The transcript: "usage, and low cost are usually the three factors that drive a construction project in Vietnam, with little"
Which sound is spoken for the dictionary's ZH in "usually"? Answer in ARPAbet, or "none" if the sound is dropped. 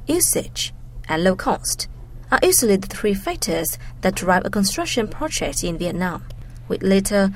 S